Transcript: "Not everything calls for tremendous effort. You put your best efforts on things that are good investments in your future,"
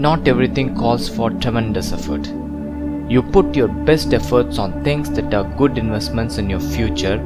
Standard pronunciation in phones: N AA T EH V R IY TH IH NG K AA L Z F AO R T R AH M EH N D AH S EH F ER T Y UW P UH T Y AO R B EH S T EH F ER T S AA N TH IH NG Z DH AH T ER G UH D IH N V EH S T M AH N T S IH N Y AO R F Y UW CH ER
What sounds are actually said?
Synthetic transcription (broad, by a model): N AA T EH V R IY T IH NG K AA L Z F AO R T R AH M EH N D AH S EH F ER T Y UW P UH T Y AO R B EH S T EH F ER T S AA N T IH NG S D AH T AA G UH D IH N V EH S T M AH N T S IH N Y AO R F Y UW CH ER